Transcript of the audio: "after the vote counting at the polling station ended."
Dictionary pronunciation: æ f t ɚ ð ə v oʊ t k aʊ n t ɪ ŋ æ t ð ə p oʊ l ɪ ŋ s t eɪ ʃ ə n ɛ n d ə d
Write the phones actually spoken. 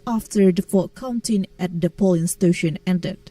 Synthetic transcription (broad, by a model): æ f t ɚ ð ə f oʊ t k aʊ n t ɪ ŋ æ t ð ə p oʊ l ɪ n s t eɪ ʃ ə n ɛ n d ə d